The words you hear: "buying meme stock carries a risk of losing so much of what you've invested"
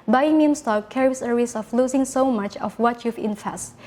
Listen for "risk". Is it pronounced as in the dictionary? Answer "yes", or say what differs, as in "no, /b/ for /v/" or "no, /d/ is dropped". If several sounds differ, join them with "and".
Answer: no, /k/ is dropped